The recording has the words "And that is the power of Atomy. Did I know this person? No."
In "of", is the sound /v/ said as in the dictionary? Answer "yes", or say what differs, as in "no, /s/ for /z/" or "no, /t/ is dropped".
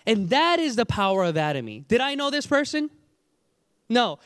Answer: yes